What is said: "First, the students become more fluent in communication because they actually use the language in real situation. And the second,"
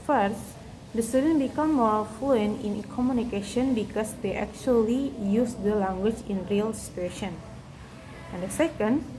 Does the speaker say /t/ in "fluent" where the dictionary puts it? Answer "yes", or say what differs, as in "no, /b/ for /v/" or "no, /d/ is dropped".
no, /t/ is dropped